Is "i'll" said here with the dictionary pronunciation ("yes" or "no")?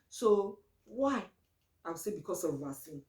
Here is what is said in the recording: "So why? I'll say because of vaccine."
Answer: no